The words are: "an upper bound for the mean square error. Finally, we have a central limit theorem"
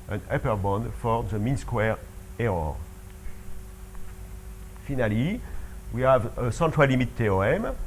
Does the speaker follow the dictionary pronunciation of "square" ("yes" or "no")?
yes